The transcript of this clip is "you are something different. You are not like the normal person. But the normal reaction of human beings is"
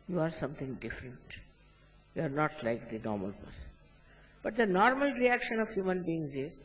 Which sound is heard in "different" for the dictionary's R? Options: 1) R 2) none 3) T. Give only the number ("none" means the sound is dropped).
1